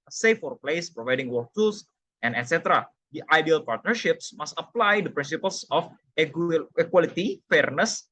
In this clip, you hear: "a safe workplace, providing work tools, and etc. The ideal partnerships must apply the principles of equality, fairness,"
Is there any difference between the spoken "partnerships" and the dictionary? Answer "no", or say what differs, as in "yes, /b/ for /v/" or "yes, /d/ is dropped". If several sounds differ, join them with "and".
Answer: no